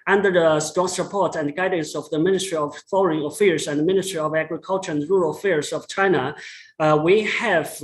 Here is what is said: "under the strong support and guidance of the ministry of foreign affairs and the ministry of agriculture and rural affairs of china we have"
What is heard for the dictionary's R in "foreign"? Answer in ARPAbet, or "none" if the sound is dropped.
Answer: L